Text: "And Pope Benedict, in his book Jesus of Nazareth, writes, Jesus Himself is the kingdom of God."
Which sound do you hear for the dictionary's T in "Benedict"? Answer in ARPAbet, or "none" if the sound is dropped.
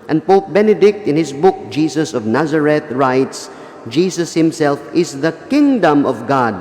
T